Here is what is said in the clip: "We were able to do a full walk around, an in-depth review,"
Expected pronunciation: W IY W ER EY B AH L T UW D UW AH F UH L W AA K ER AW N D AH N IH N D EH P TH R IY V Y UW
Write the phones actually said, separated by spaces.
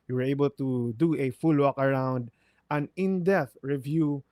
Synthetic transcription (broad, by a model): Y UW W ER EY B AH L T UW D UW AH F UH L W AA K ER AW N D AH N IH N D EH TH R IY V Y UW